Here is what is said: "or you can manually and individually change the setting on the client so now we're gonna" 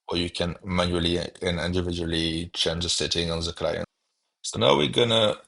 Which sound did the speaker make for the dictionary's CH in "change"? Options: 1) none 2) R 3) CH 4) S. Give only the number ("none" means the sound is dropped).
3